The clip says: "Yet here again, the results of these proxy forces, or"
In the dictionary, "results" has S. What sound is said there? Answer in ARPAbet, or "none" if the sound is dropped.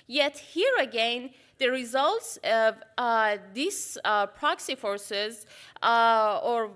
S